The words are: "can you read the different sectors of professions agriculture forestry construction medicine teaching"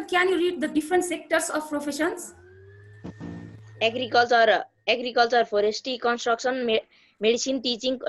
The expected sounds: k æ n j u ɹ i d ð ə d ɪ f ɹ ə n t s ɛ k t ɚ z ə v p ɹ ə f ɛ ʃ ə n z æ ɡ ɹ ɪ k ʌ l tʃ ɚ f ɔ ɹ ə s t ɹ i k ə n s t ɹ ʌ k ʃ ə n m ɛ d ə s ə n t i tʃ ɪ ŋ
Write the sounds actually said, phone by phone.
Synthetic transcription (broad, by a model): k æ n j u ɹ i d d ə d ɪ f ɹ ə n t s ɛ k t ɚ s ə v p ɹ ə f ɛ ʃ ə n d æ ɡ ɹ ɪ k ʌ l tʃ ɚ p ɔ ɹ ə s t i k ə n s t ɹ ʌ k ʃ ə n m ɛ d ə s ə n t i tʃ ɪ ŋ